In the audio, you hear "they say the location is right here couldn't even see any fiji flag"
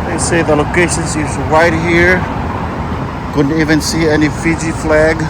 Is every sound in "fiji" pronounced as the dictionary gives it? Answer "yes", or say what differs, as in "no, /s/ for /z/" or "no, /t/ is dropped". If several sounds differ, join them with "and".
yes